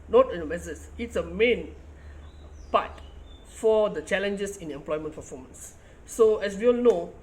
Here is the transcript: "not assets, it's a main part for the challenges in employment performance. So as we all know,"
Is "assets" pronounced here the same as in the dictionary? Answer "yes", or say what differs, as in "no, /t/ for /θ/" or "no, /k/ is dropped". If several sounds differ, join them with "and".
no, /s/ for /t/